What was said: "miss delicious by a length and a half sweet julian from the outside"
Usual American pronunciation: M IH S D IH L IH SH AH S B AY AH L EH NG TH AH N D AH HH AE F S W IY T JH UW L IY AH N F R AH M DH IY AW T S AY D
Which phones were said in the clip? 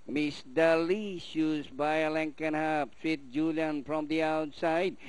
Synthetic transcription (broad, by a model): M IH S D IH L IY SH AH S B AY AH L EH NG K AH N HH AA P S W IY T JH UW L IY AH N F R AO M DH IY AW T S AY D